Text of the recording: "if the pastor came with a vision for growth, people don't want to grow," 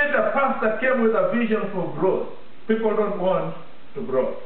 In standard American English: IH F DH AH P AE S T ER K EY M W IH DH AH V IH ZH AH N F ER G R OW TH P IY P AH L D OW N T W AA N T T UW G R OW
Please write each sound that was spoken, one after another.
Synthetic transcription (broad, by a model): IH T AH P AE S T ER K EY M W IH DH AH V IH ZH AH N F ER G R OW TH P IY P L D OW N T W AA N T T UW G R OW